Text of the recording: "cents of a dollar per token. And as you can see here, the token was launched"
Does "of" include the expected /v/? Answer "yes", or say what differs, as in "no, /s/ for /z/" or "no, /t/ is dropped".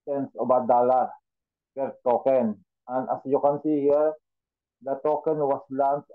no, /b/ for /v/